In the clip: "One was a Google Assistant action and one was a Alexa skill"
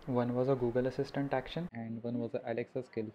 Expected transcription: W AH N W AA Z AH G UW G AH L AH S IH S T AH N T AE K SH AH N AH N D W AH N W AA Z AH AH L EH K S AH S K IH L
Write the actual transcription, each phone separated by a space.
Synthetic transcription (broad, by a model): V AH N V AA Z AH G UW G AH L AH S IH S T AH N T AE K SH AH N AH N D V AH N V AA Z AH AH L EH K S AH S K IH L